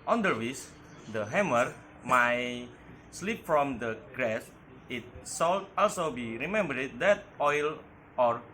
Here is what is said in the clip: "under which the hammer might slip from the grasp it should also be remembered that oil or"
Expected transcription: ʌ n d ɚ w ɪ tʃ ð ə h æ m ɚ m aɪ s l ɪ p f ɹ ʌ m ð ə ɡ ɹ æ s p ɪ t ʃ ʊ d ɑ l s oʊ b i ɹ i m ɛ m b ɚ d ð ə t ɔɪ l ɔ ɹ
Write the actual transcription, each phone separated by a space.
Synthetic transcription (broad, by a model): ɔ n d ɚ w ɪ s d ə h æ m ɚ m aɪ s l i p f ɹ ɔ m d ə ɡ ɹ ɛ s ɪ t s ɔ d ɑ l s oʊ b i ɹ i m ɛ m b ɚ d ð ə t ɔɪ l ɔ ɹ